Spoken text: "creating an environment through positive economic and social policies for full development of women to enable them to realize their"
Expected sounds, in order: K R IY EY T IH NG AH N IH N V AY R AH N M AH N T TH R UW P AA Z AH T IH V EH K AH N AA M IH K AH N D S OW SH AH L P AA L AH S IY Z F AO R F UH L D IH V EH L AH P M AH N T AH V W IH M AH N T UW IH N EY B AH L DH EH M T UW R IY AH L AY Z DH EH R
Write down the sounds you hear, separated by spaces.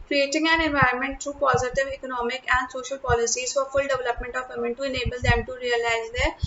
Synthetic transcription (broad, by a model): K R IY EY T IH NG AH N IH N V AY AH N M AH N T T R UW P AA Z AH T IH V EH K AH N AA M IH K AH N D S OW SH AH L P AA L AH S IY Z F AO R F UH L D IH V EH L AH P M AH N T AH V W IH M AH N T UW IH N EY B AH L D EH M T UW R IY AH L AY Z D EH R